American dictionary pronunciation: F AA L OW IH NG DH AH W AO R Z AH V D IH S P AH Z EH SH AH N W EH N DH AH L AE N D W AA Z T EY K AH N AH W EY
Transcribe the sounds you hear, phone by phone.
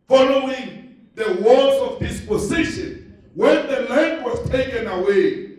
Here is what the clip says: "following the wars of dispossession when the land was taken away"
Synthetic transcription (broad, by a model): F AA L OW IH NG DH AH W AO L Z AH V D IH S P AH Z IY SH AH N W EH N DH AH L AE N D W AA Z T EY K AH N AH W EY